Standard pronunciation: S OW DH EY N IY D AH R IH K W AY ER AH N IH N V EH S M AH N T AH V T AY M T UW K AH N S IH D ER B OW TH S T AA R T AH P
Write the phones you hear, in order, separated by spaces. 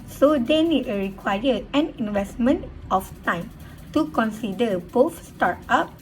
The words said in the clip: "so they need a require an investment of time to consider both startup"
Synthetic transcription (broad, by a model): S OW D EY N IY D AH R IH K W AY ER AH N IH N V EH S M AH N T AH F T AY M T UW K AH N S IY D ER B OW F S T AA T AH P